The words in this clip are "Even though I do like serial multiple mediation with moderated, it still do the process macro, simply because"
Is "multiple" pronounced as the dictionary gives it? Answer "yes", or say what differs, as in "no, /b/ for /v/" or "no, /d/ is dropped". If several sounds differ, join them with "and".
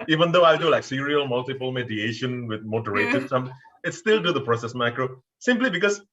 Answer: yes